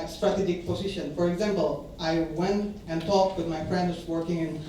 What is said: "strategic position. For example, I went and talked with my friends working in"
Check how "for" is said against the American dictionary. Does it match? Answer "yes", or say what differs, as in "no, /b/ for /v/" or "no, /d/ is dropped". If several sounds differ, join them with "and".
yes